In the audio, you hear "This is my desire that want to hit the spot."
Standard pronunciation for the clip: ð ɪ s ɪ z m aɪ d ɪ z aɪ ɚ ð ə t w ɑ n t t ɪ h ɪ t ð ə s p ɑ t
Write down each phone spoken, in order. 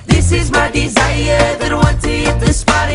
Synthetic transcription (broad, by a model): ð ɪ s ɪ z m aɪ d ɪ z aɪ ɚ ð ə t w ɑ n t t ɪ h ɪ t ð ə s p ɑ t